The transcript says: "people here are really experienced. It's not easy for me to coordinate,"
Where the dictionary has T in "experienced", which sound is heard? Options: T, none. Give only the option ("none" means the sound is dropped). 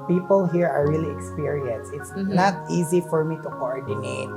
none